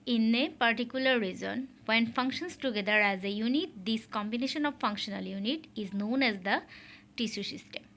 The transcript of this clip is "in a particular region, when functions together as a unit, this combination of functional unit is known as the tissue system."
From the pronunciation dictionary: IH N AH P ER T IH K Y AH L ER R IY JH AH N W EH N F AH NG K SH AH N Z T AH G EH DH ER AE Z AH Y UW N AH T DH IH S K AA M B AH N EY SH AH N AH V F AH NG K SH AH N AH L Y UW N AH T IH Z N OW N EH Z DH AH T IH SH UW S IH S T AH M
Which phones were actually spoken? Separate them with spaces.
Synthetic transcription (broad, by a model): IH N AH P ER T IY K Y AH L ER R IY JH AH N W EH N F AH NG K SH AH N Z T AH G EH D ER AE Z AH Y UW N AH T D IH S K AA M B AH N EY SH AH N AH V F AH NG K SH AH N AH L Y UW N AH T IH Z N OW N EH Z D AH T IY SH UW S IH S T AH M